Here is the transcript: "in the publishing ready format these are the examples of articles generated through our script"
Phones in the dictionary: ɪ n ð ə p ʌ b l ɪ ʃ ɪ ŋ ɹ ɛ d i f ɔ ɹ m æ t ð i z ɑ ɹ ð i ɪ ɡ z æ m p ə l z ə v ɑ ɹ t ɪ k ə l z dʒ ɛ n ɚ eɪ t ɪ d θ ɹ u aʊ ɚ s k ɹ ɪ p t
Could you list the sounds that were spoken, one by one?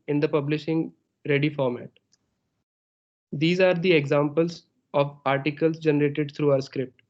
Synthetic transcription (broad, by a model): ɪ n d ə p ʌ b l ɪ ʃ ɪ ŋ ɹ ɛ d i f ɔ ɹ m æ t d i z ɑ ɹ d i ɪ ɡ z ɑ m p ə l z ə v ɑ ɹ t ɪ k ə l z dʒ ɛ n ɚ eɪ t ɪ d t ɹ u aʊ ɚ s k ɹ ɪ p t